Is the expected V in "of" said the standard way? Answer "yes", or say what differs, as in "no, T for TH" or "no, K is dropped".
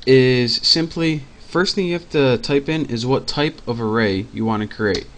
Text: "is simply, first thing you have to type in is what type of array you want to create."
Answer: yes